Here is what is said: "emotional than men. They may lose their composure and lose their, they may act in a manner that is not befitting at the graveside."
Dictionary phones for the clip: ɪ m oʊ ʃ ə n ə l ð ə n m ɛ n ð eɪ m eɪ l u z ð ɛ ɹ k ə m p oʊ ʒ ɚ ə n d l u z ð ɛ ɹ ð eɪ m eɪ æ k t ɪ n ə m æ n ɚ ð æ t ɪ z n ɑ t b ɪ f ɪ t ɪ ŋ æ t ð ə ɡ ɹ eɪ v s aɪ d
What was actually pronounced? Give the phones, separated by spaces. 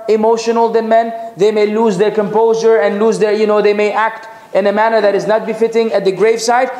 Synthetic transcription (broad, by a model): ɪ m oʊ ʃ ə n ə l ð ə n m ɛ n ð eɪ m eɪ l u z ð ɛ ɹ k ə m p oʊ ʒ ɚ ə n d l u z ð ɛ ɹ ð eɪ m eɪ æ k t ɪ n ə m æ n ɚ ð æ t ɪ z n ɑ t b ɪ f ɪ t ɪ ŋ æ t ð ə ɡ ɹ eɪ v s aɪ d